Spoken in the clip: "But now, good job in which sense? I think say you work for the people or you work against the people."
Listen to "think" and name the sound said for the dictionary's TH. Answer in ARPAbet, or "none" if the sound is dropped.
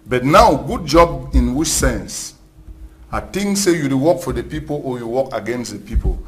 T